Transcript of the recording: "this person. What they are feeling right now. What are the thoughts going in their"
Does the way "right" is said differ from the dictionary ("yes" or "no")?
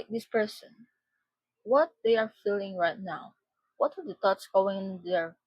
no